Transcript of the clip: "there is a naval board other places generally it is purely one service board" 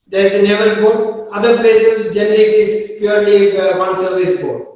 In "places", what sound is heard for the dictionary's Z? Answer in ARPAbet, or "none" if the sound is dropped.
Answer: none